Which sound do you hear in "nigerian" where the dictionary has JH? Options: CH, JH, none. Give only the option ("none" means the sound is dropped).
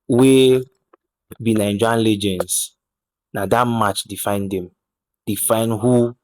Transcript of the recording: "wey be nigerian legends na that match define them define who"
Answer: none